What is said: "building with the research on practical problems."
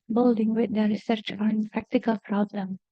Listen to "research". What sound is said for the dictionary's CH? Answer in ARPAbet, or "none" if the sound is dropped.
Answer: CH